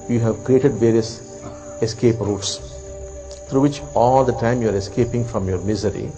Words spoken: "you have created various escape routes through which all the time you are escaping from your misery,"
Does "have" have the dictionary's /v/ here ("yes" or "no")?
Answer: yes